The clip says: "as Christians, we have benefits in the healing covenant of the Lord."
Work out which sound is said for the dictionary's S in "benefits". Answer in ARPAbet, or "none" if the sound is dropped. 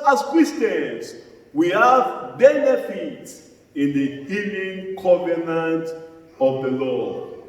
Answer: S